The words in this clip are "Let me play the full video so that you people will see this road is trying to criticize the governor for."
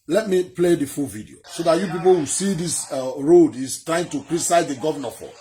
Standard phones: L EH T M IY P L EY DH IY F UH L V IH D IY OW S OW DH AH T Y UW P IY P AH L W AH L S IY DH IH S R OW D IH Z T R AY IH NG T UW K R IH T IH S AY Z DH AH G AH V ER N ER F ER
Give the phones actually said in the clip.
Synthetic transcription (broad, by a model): L EH T M IY P L EY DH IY F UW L V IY D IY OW S OW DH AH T Y UW P IY P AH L W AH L S IY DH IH S R OW D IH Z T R AY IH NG T UW K R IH T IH S AY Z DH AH G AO V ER N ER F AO